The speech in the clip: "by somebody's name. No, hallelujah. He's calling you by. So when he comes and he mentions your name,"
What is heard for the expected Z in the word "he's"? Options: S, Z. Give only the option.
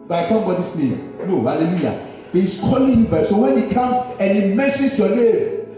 S